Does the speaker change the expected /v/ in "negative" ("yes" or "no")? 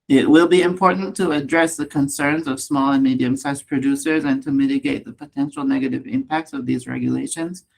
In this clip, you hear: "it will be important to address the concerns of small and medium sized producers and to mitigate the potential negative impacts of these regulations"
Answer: no